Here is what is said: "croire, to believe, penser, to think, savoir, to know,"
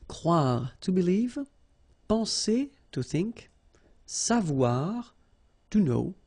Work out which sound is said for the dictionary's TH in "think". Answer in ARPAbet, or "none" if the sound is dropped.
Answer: TH